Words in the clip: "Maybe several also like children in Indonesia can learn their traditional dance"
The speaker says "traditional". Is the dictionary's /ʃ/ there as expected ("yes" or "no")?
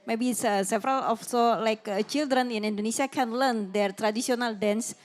no